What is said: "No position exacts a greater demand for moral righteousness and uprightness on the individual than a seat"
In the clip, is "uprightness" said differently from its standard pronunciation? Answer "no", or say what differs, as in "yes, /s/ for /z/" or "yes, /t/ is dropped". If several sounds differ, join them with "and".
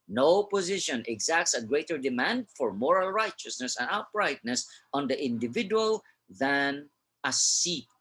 yes, /b/ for /p/